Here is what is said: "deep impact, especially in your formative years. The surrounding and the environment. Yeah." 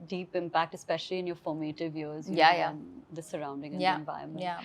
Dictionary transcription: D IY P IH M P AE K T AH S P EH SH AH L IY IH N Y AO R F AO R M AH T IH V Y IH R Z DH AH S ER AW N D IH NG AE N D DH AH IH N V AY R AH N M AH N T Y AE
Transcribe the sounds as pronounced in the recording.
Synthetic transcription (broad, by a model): D IY P IH M P AE K T AH S P EH SH AH L IY IH N Y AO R F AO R M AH T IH V Y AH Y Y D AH S ER AW N D IH NG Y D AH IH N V AY AH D M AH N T